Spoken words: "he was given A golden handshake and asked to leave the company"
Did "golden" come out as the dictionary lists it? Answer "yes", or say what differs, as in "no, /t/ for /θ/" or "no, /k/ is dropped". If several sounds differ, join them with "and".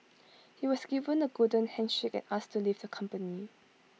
no, /l/ is dropped